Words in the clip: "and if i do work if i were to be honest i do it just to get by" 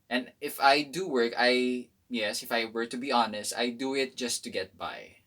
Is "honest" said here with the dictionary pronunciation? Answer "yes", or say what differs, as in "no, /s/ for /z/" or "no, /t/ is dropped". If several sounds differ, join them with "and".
yes